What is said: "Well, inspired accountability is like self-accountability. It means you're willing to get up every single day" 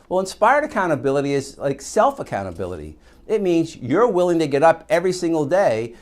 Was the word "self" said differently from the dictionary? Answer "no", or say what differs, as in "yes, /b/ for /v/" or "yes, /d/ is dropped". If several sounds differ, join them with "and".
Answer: no